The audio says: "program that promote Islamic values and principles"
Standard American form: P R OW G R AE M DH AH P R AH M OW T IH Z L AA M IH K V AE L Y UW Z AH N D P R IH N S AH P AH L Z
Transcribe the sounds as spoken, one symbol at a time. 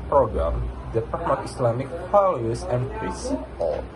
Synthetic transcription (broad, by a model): P R OW G R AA M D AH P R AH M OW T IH S L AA M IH K F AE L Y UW S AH N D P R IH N S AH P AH L